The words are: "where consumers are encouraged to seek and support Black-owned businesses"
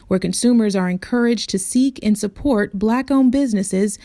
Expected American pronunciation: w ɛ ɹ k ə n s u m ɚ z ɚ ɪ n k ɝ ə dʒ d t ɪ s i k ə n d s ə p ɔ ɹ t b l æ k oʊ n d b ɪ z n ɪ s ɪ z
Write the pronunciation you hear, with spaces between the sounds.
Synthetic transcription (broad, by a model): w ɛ ɹ k ə n s u m ɚ z ɚ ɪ n k ɝ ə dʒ t ɪ s i k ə n s ə p ɔ ɹ t b l æ k oʊ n b ɪ z n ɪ s ɪ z